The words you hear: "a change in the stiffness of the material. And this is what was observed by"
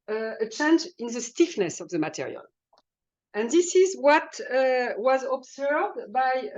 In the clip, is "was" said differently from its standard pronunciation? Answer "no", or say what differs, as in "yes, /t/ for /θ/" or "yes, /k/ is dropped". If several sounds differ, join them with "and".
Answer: no